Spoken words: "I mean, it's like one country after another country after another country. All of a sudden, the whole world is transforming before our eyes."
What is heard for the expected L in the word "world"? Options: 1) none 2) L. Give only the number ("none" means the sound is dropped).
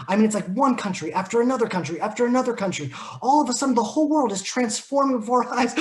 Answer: 2